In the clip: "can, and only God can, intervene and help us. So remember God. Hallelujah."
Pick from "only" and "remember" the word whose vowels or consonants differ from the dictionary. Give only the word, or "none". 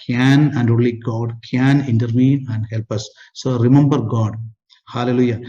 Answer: only